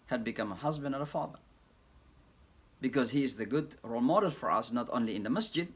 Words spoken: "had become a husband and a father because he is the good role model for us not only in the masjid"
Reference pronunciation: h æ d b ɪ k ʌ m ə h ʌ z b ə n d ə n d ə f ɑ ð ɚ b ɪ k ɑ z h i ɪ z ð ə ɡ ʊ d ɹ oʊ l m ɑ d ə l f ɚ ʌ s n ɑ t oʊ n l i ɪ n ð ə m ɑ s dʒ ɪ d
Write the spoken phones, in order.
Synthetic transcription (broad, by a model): h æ d b ɪ k ʌ m ə h ʌ z b ə n d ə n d ə f ɑ ð ɚ b ɪ k ɑ z h i ɪ z ð ə ɡ ʊ d ɹ oʊ l m ɑ d ə l f ɚ ʌ s n ɑ t oʊ n l i ɪ n ð ə m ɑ s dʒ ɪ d